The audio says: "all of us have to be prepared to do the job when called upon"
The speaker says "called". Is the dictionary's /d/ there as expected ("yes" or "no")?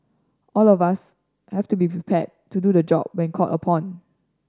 no